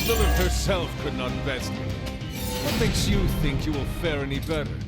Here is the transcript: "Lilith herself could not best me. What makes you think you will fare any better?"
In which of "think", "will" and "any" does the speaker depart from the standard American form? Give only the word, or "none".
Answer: none